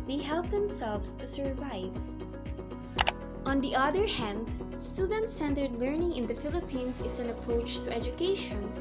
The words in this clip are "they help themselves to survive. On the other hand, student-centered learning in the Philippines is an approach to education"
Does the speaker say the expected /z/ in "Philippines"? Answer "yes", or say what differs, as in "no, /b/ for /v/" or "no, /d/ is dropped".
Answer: no, /s/ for /z/